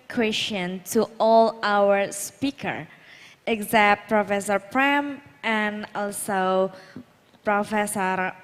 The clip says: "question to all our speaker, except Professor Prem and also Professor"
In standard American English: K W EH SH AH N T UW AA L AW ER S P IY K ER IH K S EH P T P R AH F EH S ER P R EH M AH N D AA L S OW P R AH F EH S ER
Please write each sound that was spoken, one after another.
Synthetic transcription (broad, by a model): K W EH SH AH N T UW AA L AW ER S P IY K ER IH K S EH T P R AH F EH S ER P R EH M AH N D AA L S OW P R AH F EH S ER